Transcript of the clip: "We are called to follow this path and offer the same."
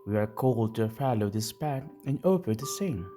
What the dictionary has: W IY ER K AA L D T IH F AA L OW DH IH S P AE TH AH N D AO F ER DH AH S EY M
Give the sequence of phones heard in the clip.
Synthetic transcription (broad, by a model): W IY ER K AA L D T IH F AA L OW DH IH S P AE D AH N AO P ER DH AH S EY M